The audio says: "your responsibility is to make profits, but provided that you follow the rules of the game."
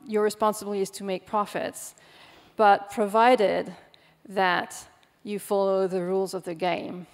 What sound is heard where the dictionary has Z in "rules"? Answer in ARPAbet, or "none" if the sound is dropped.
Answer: Z